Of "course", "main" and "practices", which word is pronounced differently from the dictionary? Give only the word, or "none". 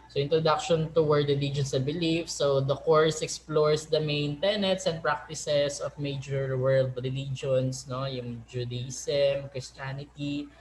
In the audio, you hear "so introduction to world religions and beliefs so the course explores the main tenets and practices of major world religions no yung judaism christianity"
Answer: practices